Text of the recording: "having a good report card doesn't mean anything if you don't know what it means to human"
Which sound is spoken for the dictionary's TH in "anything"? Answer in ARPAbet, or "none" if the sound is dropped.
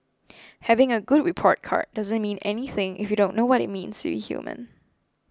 TH